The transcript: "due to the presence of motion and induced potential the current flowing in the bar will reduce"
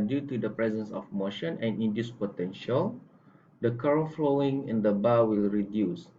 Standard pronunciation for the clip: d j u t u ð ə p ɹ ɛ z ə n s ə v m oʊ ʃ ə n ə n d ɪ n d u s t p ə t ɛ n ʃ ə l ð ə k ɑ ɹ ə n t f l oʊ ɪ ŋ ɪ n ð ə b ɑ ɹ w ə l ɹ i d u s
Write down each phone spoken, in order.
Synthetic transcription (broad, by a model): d j u t u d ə p ɹ ɛ z ə n s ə f m oʊ ʃ ə n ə n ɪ n d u s p ə t ɛ n ʃ ə l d ə k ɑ ɹ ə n f l oʊ ɪ ŋ ɪ n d ə b ɑ w ə l ɹ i d u s